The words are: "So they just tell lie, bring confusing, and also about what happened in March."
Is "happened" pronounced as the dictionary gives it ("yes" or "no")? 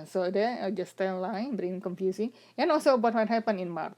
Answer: no